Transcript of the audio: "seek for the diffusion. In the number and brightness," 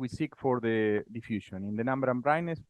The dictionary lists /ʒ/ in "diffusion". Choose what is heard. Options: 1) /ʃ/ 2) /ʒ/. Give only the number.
1